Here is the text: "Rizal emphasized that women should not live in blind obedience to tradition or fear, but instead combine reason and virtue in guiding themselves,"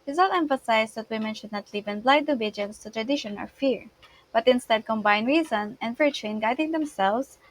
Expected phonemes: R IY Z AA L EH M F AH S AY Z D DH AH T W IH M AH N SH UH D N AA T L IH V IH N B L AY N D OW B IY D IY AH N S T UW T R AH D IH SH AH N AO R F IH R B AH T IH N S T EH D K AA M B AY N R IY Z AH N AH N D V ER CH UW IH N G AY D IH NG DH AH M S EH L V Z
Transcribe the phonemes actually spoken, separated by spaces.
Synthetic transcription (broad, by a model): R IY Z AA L EH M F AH S AY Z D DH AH T W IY M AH N SH UH D N AA T L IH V IH N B L AY D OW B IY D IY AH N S T UW T R AH D IH SH AH N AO L F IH R B AH T IH N S T EH D K AA M B AY N R IY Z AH N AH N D V ER CH UW IH N G AY D IH NG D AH M S EH L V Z